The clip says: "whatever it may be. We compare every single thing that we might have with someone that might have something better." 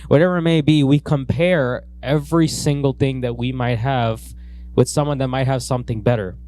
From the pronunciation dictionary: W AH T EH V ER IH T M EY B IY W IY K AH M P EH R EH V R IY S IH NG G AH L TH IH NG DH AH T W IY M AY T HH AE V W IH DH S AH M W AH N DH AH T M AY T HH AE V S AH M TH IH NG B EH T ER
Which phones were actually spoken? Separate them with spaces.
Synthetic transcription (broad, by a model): W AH T EH V ER IH T M EY B IY W IY K AH M P EH R EH V R IY S IH NG G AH L TH IH NG DH AH T W IY M AY T HH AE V W IH DH S AH M W AH N DH AH T M AY T HH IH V S AH M TH IH NG B EH T ER